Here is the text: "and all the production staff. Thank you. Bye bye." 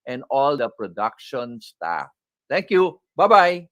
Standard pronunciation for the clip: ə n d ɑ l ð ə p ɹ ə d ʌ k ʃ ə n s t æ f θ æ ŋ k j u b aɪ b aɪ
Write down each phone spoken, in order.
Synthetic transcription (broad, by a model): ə n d ɑ l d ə p ɹ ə d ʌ k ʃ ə n s t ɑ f t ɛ ŋ k j u b aɪ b aɪ